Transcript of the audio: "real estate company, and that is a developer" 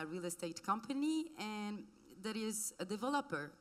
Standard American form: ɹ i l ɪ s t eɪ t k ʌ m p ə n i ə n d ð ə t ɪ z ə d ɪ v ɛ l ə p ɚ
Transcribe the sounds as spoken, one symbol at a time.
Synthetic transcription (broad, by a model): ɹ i l ɪ s t eɪ t k ʌ m p ə n i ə n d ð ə t ɪ z ə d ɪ v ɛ l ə p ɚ